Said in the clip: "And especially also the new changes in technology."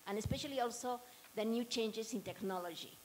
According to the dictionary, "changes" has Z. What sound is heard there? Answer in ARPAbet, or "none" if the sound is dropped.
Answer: S